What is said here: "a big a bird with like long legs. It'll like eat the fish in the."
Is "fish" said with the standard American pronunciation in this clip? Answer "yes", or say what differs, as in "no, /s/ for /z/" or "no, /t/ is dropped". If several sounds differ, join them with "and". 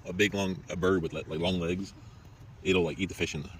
yes